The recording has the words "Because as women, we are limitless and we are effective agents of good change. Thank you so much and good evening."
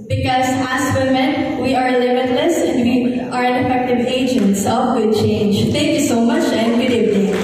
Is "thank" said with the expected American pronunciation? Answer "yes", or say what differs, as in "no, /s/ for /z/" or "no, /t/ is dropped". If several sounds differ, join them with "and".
no, /t/ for /θ/